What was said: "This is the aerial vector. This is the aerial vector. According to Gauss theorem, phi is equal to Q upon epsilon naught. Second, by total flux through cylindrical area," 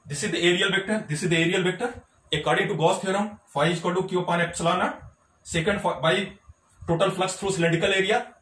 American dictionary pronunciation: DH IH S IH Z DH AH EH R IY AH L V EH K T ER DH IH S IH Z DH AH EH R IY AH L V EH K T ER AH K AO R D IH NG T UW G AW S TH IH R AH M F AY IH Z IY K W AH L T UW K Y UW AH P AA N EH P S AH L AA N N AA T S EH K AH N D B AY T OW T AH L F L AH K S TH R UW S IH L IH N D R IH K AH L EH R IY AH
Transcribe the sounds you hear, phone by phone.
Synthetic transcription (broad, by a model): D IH S IH Z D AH EH R IY AH L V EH K T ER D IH S IH Z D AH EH R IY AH L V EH K T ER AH K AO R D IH T UW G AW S T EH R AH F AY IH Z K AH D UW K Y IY AH P AA N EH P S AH L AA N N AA S EH K AH N D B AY T OW T AH L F L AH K S T R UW S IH L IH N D IH K AH L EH R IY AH